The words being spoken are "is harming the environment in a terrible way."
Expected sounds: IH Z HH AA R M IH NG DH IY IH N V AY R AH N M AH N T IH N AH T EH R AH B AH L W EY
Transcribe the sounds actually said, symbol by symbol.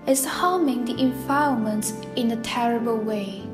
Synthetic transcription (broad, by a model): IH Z HH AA M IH NG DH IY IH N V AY AH M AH N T IH N AH T EH R AH B AH L W EY